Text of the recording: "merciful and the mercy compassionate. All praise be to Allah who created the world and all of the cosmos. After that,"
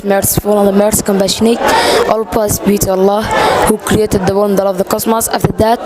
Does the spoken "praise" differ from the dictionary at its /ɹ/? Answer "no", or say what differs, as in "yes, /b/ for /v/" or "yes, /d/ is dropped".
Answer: yes, /l/ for /ɹ/